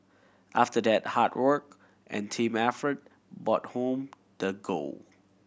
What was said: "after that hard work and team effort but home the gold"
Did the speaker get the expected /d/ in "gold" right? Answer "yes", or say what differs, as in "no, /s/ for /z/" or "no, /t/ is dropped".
no, /d/ is dropped